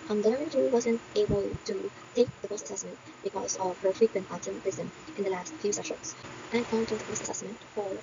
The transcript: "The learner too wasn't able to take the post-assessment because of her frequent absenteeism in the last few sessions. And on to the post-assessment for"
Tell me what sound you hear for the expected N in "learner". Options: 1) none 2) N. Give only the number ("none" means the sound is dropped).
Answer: 1